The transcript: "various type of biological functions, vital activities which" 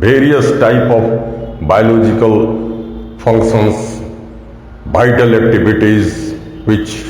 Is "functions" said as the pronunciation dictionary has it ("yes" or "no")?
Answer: no